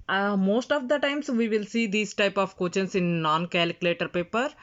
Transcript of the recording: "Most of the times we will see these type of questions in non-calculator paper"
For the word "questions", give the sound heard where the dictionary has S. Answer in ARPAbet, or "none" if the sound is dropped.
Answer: none